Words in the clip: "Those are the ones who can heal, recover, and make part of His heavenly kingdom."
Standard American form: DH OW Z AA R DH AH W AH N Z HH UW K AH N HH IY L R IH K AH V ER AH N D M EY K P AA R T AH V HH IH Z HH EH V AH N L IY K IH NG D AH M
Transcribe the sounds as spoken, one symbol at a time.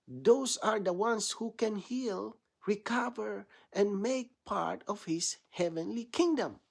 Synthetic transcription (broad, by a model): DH OW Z AA R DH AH W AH N S HH UW K AH N HH IY L R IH K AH V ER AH N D M EY K P AA R T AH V HH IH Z HH EH V AH N L IY K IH NG D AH M